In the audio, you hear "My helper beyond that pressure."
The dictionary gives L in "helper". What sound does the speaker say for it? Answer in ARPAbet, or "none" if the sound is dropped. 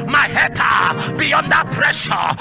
none